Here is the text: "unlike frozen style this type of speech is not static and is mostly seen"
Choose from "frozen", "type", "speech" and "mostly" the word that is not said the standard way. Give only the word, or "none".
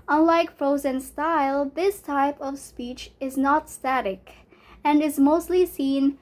none